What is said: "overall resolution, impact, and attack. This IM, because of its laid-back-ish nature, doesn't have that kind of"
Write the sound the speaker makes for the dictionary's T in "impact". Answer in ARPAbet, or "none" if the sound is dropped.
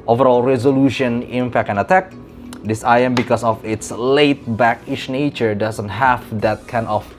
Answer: none